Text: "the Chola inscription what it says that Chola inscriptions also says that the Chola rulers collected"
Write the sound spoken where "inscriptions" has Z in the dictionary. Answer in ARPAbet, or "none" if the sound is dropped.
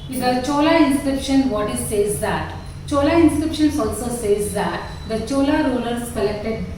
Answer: S